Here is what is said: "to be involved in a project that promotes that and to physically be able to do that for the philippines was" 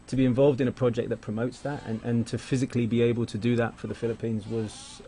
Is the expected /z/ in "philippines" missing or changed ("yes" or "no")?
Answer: no